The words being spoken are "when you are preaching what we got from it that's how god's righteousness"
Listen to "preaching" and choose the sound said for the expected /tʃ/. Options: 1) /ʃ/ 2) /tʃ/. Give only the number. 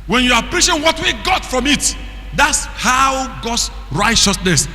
1